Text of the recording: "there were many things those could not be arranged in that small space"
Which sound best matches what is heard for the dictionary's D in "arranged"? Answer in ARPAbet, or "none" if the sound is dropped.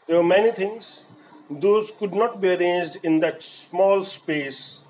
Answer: D